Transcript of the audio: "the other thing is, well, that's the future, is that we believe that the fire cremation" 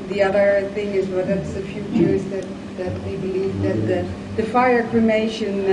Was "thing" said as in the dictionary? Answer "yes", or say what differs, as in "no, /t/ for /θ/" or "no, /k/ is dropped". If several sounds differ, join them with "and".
yes